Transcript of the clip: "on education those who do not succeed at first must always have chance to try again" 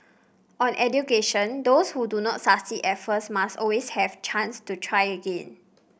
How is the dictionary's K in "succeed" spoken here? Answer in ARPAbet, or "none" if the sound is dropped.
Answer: none